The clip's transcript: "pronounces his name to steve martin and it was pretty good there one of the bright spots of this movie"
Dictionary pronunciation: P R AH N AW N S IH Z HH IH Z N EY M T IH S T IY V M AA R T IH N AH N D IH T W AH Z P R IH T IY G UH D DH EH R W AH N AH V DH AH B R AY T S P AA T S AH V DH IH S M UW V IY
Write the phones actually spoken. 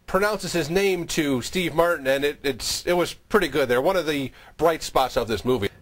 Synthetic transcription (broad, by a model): P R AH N AW N S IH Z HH IH Z N EY M T IH S T IY V M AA R T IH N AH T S IH T W AH Z P R IH T IY G UH D DH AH R W AH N AH V DH AH B R AY T S P AA T S AH V DH IH S M UW V IY